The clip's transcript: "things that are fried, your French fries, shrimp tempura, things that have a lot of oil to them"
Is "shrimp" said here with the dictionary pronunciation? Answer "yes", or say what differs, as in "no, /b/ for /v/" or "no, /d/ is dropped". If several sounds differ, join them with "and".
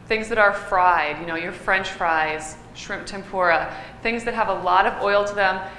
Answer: yes